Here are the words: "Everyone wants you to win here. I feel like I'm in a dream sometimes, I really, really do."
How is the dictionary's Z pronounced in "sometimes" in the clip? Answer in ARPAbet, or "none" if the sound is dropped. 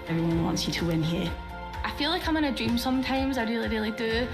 Z